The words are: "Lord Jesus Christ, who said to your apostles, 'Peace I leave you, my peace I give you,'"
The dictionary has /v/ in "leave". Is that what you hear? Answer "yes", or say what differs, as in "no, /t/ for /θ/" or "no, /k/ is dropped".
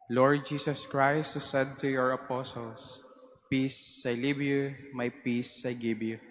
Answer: no, /b/ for /v/